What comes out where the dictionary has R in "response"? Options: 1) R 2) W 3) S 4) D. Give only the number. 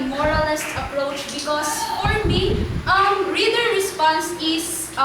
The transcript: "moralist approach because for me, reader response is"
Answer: 1